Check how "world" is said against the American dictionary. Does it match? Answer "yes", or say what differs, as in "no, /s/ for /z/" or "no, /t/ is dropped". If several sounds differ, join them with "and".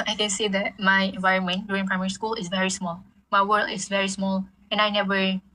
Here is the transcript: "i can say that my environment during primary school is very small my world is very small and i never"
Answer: no, /d/ is dropped